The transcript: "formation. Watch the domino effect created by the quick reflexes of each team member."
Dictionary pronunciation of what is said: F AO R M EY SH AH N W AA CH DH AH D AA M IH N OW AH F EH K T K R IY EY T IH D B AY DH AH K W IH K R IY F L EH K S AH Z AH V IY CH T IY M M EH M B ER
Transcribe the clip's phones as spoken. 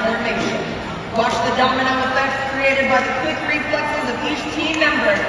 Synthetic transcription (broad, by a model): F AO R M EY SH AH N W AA SH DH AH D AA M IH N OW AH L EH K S K R IY EY T IH D B AY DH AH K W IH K R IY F L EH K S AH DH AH P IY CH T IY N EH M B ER